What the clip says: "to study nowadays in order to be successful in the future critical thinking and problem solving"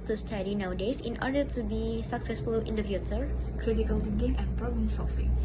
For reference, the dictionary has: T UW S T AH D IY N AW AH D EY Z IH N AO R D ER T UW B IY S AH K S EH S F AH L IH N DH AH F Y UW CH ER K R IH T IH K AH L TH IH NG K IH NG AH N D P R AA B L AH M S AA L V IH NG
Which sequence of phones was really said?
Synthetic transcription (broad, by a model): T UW S T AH D IY N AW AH D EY S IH N AO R D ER T UW B IY S AH K S EH S F AH L IH N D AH F Y UW CH ER K R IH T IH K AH L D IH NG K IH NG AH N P R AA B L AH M S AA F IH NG